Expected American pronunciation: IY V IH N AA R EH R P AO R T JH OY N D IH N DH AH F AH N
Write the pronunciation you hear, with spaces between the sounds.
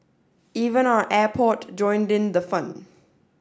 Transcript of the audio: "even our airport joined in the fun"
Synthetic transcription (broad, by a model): IY V IH N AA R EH P AO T JH OY N D IH N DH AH F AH N